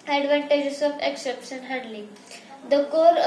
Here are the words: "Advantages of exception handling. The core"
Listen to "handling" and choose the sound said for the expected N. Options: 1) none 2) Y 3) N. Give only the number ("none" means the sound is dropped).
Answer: 1